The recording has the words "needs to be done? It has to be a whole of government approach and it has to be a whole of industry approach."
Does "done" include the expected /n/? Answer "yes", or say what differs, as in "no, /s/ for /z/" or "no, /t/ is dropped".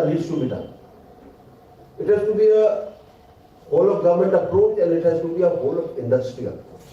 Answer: no, /n/ is dropped